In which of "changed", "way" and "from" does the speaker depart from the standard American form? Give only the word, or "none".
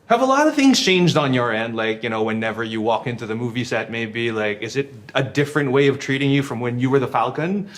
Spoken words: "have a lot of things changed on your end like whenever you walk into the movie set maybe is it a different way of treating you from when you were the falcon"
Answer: none